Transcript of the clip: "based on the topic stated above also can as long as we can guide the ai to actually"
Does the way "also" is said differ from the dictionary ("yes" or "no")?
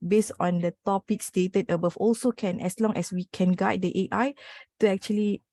no